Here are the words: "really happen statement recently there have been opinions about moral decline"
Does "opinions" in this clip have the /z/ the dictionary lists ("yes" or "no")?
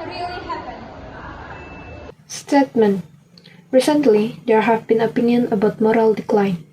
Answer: no